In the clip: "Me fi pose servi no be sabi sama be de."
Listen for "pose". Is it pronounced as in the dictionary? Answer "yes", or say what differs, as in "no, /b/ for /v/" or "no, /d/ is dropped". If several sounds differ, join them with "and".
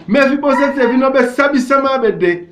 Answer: no, /b/ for /p/